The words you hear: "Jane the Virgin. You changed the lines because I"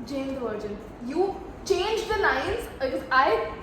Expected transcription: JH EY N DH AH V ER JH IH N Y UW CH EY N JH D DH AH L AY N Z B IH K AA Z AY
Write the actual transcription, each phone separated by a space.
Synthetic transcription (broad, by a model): JH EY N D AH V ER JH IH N Y UW CH EY N JH D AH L AY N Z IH AA IH